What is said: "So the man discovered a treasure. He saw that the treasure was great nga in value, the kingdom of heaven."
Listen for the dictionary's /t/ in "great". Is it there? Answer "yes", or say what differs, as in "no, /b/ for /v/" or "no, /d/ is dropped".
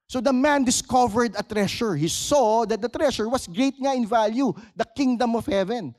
no, /t/ is dropped